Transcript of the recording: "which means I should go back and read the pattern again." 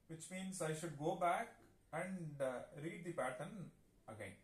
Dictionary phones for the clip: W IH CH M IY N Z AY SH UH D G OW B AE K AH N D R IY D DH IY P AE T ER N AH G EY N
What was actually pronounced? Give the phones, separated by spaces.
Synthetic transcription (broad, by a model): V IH CH M IY N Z AY SH UH D G OW B AE K AH N D R IY D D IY P AE T ER N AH G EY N